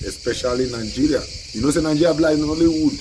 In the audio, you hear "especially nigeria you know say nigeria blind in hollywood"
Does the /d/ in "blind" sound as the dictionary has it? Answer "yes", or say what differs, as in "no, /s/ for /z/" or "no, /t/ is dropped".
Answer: no, /d/ is dropped